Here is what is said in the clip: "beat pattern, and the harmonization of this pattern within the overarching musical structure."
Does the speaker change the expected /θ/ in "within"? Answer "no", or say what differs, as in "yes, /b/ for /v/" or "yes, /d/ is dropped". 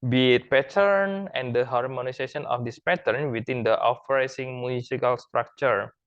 yes, /t/ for /θ/